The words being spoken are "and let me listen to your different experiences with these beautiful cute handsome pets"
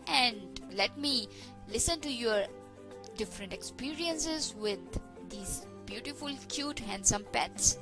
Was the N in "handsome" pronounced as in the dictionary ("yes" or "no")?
yes